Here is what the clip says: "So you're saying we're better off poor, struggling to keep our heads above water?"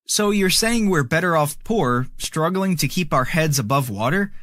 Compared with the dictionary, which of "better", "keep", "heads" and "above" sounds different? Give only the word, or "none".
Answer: none